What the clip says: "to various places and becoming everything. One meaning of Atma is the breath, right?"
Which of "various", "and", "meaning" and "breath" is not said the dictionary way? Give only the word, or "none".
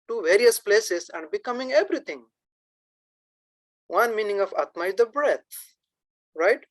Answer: breath